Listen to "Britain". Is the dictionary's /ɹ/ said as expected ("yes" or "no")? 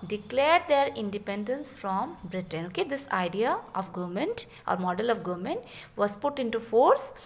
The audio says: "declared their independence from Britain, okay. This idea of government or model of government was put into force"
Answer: yes